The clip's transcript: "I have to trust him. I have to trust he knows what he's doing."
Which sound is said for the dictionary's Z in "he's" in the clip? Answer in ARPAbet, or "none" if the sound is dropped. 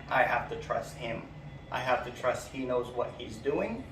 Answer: Z